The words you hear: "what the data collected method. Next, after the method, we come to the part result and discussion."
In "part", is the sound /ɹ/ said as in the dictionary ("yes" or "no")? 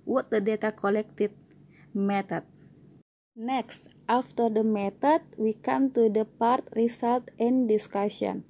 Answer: yes